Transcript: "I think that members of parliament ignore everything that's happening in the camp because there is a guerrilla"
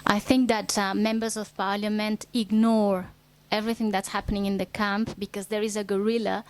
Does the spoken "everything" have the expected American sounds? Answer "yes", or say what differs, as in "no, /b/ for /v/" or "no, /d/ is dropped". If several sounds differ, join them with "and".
yes